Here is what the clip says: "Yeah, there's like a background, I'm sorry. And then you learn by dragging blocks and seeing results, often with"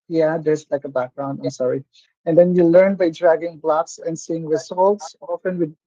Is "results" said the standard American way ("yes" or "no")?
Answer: no